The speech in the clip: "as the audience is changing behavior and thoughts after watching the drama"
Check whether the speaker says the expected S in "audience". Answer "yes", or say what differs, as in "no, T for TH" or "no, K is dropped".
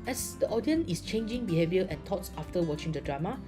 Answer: no, S is dropped